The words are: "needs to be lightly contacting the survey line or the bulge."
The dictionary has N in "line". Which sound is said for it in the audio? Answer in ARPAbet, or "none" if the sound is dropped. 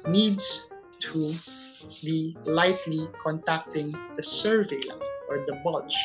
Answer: none